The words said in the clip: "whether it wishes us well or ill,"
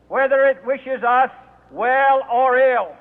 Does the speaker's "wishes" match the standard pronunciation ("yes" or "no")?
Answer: yes